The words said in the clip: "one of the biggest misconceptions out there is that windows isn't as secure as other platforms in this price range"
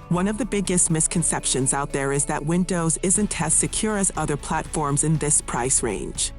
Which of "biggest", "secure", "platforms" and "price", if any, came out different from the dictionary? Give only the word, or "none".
none